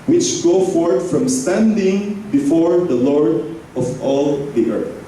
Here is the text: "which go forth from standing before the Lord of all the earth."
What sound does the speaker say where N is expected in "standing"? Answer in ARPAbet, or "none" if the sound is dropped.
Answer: N